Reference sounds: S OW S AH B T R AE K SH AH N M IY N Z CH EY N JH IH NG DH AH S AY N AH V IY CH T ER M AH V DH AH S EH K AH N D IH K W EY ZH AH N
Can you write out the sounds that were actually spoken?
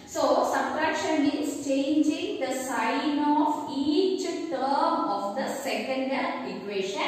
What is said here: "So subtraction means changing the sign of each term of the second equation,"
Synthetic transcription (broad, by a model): S OW S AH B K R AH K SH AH N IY Z CH EY N JH IH NG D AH S AY N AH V IY CH T ER M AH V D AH S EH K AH N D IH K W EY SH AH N